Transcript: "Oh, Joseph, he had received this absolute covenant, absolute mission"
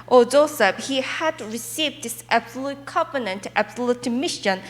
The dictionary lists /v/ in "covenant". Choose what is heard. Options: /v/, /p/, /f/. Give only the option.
/p/